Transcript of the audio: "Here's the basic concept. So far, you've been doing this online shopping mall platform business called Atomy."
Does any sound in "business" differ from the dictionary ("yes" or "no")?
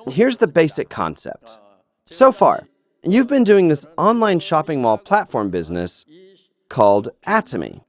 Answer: no